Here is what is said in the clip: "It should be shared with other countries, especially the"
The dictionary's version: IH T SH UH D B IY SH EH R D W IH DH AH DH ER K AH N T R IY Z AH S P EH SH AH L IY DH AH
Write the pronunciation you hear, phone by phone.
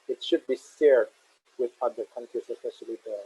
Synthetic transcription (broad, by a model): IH T SH UH D B IY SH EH R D W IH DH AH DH ER K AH N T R IY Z AH S P EH SH AH L IY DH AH